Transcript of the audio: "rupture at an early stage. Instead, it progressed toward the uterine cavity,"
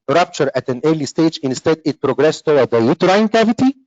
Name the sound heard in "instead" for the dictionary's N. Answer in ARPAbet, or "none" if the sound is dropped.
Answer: N